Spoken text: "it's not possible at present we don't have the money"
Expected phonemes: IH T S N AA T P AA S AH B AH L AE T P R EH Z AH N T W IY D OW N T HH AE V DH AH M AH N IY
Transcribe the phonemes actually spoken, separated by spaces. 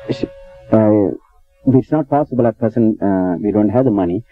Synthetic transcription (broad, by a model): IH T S N AA T P AA S AH B AH L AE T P EH S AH N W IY D OW N T HH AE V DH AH M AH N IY